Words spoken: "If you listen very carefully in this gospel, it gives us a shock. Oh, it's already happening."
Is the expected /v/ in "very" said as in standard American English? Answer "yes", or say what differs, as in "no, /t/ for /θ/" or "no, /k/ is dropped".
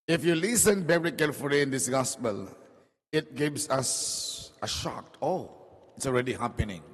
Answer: no, /b/ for /v/